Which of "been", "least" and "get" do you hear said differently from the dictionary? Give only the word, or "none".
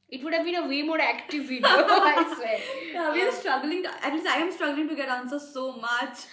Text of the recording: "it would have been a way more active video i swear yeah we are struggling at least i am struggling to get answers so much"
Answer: least